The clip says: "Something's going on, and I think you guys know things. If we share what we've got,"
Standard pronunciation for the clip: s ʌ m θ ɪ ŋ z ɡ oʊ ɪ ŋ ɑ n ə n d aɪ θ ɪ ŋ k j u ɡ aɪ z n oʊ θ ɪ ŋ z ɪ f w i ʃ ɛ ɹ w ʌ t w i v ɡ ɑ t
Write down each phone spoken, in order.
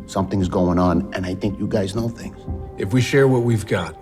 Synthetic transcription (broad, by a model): s ʌ m θ ɪ ŋ z ɡ oʊ ɪ ŋ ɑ n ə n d aɪ θ ɪ ŋ k j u ɡ aɪ z n oʊ θ ɪ ŋ z ɪ f w i ʃ ɛ ɹ w ʌ t w i v ɡ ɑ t